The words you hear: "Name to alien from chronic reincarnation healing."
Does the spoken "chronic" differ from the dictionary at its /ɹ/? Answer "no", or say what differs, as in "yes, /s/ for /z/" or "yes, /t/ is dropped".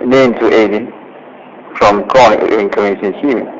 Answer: yes, /ɹ/ is dropped